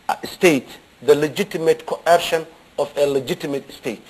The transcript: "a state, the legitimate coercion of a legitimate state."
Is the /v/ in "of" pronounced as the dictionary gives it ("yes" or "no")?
no